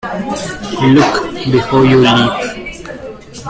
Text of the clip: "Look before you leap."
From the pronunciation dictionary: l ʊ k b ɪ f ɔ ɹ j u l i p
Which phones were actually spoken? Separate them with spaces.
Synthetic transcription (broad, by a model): l ʊ k b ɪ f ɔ j u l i